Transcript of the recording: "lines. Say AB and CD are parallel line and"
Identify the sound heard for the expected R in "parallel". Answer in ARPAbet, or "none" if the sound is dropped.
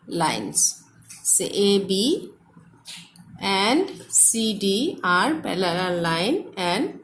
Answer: L